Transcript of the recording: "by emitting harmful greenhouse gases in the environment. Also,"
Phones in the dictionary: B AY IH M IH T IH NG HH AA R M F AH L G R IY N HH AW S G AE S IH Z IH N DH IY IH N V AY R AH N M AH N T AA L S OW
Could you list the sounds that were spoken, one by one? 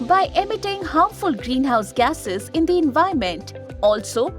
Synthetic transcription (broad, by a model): B AY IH M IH T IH NG HH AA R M F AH L G R IY N HH AW S G AE S IH Z IH N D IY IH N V AY AH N M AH N T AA L S OW